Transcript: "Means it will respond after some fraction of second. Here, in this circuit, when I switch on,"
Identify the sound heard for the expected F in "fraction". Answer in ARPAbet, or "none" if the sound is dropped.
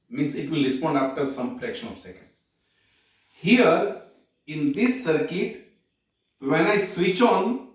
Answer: P